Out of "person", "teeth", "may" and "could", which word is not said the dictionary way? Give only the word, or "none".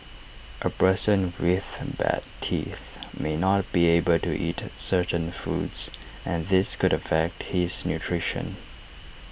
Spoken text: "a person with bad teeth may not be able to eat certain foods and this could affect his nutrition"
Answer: none